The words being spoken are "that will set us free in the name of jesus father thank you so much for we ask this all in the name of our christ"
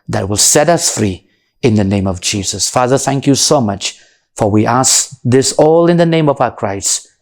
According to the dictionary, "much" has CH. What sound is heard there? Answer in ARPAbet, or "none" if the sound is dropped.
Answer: CH